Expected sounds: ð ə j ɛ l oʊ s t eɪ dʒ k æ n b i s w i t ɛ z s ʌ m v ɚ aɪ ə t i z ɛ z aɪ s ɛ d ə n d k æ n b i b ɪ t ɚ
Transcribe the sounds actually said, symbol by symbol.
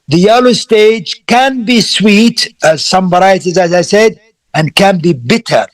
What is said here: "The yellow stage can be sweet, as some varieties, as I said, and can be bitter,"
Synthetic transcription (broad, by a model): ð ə j ɛ l oʊ s t eɪ dʒ k æ n b i s w i t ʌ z s ʌ m b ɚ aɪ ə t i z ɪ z aɪ s ɛ d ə n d k æ n b i b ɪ t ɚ